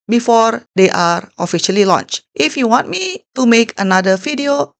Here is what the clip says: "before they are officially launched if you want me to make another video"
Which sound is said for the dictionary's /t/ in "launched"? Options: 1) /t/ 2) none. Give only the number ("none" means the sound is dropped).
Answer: 1